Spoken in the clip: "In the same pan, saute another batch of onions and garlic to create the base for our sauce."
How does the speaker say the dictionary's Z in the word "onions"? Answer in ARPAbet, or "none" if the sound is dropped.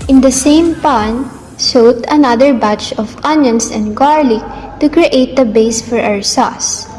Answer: S